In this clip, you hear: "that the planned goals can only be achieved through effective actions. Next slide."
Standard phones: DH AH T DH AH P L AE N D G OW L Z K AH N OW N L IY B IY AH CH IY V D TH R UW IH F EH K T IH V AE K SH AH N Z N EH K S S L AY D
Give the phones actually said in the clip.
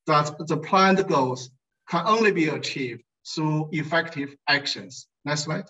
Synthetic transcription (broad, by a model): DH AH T DH AH P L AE N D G OW L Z K AH N OW N L IY B IY AH CH IY V D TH R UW IH F EH K T IH V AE K SH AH N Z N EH S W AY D